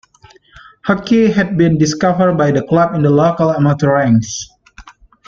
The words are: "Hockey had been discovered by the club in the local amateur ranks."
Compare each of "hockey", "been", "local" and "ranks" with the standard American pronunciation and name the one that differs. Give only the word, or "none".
ranks